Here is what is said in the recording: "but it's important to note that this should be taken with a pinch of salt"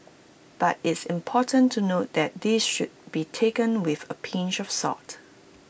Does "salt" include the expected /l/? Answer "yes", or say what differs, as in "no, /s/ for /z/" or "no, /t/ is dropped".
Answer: no, /l/ is dropped